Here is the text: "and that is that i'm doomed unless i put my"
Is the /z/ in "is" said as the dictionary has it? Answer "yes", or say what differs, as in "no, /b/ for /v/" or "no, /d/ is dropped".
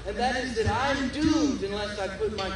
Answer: yes